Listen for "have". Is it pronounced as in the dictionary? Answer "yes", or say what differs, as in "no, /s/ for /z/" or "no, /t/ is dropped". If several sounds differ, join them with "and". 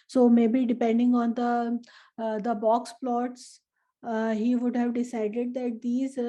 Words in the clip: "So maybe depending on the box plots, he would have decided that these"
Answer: yes